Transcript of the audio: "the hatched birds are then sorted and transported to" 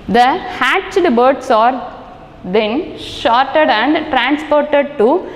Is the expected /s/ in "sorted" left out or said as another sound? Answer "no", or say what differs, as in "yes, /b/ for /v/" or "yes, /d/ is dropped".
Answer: yes, /ʃ/ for /s/